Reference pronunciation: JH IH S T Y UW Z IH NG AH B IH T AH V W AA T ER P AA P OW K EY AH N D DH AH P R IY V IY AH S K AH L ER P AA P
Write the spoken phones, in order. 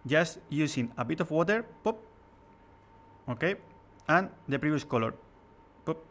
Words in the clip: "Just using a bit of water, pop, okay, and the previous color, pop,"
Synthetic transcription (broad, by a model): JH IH S T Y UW S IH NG AH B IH T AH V W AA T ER P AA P OW K EY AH N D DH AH P R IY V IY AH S K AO L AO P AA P